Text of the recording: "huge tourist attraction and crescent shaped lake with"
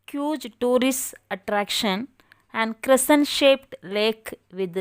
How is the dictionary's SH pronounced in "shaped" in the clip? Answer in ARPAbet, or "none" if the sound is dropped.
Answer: SH